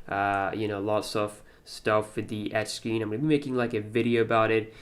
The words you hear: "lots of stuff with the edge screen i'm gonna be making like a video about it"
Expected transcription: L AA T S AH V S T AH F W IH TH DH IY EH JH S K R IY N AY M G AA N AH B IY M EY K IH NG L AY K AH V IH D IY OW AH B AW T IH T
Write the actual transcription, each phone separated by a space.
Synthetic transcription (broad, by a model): L AA T S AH F S T AH F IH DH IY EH CH S K R IY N AY M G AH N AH B IY M EY K IH NG L AY K AH V IH D IY OW AH B AW T IH T